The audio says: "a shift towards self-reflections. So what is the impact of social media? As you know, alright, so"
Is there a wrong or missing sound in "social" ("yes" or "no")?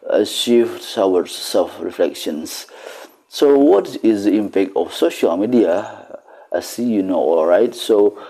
no